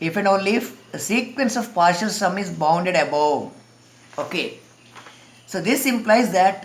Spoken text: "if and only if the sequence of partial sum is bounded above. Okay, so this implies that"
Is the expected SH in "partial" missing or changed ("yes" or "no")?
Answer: no